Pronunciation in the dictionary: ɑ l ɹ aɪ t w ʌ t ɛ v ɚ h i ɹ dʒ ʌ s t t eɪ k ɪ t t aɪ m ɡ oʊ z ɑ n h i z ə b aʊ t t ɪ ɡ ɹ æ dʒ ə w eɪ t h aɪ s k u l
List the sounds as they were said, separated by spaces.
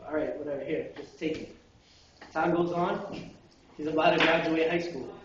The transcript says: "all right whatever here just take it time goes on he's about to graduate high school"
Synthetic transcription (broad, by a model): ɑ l ɹ aɪ t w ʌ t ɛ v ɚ h i ɹ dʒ ʌ s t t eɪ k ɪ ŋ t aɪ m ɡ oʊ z ɑ n h i z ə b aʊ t t ɪ ɡ ɹ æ dʒ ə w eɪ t h aɪ s k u l